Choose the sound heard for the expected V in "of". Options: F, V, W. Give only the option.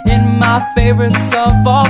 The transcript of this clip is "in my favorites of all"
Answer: F